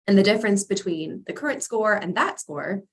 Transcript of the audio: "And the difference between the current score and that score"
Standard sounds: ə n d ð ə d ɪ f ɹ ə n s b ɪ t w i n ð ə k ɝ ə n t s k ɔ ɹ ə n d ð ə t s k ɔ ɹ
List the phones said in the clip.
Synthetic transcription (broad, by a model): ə n ð ə d ɪ f ɹ ə n s b ɪ t w i n ð ə k ɝ ə n t s k ɔ ɹ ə n ð ə t s k ɔ ɹ